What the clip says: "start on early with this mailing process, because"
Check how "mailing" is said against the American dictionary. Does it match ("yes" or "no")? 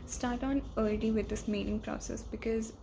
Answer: no